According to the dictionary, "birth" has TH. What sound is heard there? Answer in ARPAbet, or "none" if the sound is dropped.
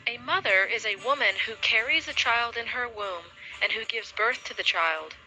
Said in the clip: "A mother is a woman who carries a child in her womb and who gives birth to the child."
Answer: TH